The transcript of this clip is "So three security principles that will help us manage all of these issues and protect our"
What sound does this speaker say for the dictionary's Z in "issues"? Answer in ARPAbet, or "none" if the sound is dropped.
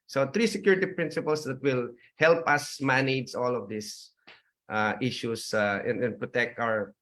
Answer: S